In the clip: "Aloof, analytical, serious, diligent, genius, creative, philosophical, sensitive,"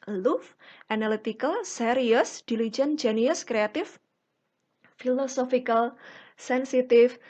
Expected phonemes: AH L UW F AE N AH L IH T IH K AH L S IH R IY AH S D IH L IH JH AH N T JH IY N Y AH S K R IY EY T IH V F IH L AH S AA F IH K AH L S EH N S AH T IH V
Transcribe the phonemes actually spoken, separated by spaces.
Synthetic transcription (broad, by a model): L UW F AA N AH L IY T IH K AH L S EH R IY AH S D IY L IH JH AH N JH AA N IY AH S K R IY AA T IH F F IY L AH S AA F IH K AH L S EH N S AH T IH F